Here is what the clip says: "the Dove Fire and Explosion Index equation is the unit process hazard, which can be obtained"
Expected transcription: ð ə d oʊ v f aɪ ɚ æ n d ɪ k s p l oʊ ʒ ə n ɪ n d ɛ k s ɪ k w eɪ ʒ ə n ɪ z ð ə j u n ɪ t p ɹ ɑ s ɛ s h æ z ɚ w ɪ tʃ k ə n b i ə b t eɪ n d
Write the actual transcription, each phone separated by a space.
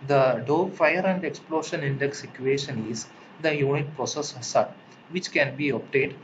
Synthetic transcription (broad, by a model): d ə d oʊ f aɪ ɚ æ n d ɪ k s p l oʊ ʃ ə n ɪ n d ɛ k s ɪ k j eɪ ʃ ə n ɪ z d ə j u n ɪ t p ɹ ɑ s ɛ s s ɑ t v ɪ tʃ k ə n b i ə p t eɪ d